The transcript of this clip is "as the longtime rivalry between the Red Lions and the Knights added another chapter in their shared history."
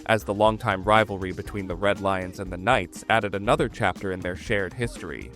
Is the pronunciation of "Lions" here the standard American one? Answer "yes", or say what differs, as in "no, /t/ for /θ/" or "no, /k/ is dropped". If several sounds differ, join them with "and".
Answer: yes